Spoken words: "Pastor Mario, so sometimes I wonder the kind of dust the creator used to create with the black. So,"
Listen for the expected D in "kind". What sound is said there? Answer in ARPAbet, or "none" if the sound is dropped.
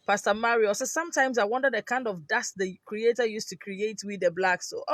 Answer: D